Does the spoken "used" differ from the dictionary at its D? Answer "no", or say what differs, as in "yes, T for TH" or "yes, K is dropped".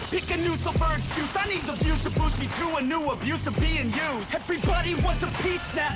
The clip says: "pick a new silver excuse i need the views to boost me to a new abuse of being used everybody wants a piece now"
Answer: yes, D is dropped